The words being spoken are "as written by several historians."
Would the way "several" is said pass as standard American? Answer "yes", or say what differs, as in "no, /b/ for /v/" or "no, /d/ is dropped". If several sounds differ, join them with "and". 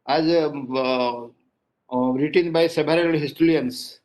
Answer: no, /b/ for /v/